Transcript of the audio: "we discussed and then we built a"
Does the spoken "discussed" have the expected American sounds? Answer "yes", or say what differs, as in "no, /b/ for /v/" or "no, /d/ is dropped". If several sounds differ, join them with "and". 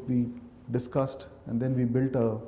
yes